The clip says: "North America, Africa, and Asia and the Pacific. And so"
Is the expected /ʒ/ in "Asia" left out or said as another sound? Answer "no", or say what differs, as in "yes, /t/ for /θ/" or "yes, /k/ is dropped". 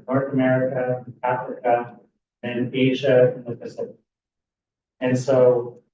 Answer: no